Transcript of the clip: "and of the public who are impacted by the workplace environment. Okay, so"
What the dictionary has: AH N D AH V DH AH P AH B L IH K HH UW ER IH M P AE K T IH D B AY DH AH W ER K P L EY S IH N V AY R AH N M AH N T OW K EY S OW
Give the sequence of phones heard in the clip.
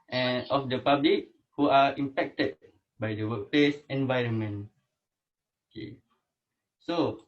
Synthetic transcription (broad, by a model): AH N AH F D AH P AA B L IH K HH UW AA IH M P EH K T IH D B AY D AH W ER K P L EY S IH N V AY R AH N M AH N OW K EY S OW